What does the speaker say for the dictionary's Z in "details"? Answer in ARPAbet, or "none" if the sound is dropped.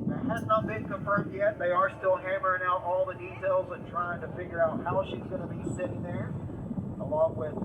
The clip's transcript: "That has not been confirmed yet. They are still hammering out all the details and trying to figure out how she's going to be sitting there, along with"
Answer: Z